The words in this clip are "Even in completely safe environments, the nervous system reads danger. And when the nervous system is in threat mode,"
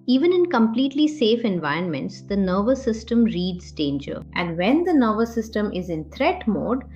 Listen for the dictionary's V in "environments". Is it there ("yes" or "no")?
yes